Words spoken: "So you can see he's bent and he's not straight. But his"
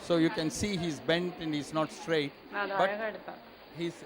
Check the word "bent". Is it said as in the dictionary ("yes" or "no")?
yes